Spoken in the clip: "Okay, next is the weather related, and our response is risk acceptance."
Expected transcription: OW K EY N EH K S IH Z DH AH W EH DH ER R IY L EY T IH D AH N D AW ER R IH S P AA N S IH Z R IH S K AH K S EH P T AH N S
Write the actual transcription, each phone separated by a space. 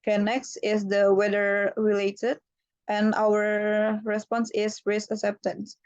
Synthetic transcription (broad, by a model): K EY N EH K S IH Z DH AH W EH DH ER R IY L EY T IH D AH N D AW ER R IH S P AA N S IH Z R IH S AH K S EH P T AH N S